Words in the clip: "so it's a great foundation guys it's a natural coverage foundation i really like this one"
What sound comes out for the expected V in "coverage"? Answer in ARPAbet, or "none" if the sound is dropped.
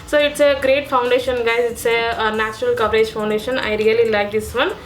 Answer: P